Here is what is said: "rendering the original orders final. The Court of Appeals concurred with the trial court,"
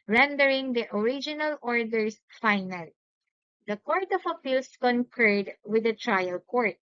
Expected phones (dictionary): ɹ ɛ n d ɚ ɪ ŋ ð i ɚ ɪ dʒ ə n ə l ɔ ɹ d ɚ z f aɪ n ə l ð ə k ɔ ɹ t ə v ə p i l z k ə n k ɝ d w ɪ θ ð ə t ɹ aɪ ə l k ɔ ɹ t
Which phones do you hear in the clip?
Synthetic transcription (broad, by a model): ɹ ɛ n d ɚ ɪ ŋ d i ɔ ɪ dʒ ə n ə l ɔ ɹ d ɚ s f aɪ n ə l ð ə k ɔ ɹ t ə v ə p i l s k ə n k ɝ d w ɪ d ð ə t ɹ aɪ ə l k ɔ ɹ t